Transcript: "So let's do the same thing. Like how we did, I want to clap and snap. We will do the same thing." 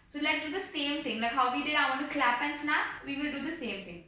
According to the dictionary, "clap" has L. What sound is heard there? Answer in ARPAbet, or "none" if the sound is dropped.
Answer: L